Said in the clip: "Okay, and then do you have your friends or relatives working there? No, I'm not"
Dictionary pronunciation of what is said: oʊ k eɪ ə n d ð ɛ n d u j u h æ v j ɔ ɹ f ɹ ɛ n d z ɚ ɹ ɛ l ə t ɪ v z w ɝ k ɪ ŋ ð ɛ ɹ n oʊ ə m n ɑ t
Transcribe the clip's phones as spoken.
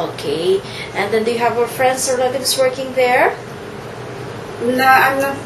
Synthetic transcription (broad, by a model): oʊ k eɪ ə n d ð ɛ n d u j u h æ v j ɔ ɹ f ɹ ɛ n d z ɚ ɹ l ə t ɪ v s w ɝ k ɪ ŋ ð ɛ ɹ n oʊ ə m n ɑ